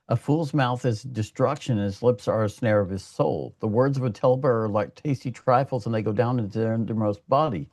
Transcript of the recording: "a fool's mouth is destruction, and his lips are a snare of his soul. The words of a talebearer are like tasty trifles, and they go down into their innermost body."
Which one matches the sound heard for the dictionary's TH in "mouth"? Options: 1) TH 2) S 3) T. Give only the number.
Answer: 1